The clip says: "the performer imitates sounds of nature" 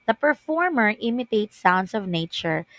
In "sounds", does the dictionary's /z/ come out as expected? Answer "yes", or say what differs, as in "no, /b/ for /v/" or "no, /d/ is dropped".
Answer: no, /s/ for /z/